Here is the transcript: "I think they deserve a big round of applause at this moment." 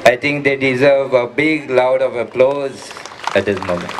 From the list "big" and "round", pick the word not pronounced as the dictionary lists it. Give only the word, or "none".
round